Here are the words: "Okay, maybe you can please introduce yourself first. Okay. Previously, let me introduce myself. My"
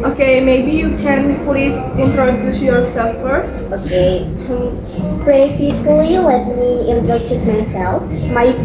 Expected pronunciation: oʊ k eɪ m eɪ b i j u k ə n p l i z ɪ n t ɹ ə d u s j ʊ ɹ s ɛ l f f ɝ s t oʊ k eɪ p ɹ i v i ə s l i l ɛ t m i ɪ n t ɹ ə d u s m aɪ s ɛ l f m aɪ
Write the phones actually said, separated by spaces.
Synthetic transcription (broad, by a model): oʊ k eɪ m eɪ b i j u k ə n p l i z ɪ n t ɹ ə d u s j ʊ ɹ s ɛ l f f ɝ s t oʊ k eɪ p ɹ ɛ f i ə l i l ɛ t m i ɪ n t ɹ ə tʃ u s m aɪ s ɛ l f m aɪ